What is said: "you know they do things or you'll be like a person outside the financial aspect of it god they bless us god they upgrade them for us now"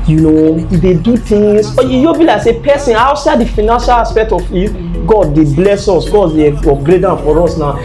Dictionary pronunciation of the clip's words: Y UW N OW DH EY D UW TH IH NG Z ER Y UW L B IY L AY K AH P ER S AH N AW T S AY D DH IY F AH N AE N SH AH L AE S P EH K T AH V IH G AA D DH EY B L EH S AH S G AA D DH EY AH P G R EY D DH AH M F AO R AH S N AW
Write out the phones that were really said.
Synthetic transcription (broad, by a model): Y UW N OW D EY D UW T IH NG S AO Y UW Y B IY L AY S AH P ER S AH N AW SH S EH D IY F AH N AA N SH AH L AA S P EH K T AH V IH G AA D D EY B L EH S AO S G AA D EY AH G R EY D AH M F AO R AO S N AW